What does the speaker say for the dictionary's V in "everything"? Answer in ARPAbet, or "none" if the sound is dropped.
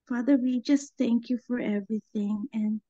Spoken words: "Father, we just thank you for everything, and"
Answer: V